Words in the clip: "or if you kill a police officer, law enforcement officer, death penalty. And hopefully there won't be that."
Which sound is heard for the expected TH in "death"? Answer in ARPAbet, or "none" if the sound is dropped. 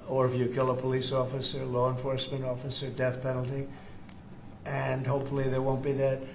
TH